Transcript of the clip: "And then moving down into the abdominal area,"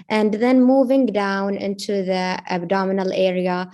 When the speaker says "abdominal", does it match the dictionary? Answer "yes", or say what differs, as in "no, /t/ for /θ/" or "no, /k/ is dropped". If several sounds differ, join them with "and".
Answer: yes